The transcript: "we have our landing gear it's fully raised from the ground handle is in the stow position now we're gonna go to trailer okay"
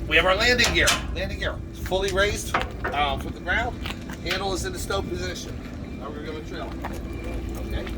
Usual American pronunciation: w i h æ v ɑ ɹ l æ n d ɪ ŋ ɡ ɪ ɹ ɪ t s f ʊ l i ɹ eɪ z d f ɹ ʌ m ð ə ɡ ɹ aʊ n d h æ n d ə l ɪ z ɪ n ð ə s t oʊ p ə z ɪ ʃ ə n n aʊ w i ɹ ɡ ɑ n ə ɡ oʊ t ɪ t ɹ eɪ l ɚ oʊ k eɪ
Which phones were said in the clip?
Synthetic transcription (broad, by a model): w i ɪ v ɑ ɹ l æ n d ɪ ŋ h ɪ ɹ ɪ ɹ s f ʊ l i ɹ eɪ z d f ɹ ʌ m ð ə ɡ ɹ aʊ n d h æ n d l ɪ z ɪ n ð ə s t oʊ p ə z ɪ ʃ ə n n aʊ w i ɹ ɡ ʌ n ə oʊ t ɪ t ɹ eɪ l oʊ k eɪ